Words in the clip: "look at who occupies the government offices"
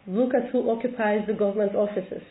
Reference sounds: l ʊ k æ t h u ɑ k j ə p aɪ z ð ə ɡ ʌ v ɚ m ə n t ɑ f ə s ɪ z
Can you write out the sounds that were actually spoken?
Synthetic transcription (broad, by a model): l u k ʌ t h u ɑ k j ə p aɪ z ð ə ɡ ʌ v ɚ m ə n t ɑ f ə s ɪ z